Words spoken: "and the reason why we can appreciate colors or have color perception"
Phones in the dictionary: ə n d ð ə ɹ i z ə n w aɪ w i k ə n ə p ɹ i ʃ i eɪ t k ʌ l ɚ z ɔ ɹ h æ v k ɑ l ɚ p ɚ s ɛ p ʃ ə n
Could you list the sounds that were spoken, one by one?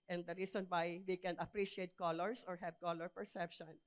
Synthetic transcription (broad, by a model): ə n d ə ɹ i s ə n w aɪ w i k ə n ə p ɹ i ʃ i eɪ t k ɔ l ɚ s ɔ ɹ h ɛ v k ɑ l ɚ p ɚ s ɛ p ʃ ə n